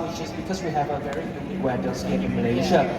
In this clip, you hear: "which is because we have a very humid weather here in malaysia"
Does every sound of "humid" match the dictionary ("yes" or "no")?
no